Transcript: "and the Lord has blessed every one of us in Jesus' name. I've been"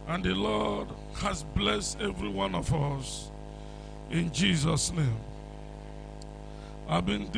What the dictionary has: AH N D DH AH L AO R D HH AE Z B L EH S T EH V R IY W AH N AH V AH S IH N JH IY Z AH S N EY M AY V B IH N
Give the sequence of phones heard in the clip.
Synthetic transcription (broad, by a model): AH N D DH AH L AO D HH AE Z B L EH S T EH V R IY W AH N AH V AH S IH N JH IY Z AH S N EY M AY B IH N